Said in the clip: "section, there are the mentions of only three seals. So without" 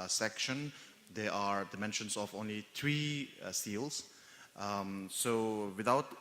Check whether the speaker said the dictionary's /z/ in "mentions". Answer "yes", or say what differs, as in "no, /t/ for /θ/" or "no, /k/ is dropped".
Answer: no, /s/ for /z/